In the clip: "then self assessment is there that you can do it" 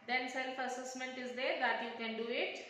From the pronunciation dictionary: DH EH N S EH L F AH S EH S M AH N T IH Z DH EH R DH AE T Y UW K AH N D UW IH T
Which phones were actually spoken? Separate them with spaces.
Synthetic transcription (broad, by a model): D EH N S EH L F AH S EH S M AH N T IH Z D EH R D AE T Y UW K AH N D UW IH T